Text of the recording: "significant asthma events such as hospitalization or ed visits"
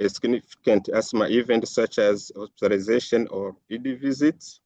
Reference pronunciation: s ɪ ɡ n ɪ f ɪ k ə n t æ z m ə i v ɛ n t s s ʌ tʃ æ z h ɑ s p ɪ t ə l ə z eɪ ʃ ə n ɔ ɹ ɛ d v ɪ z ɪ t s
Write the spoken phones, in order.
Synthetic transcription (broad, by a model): s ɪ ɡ n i f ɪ k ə n t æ s m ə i v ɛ n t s s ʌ tʃ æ z h ɑ s p ɪ t ə l ə z eɪ ʃ ə n ɔ ɹ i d v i z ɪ t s